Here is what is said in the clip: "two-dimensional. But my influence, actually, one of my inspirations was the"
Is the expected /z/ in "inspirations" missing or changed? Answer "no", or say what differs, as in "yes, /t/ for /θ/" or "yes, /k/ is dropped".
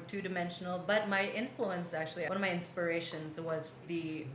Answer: no